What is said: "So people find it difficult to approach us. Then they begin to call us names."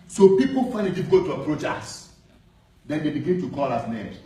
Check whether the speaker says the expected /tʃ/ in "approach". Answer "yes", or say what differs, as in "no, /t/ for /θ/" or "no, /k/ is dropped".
yes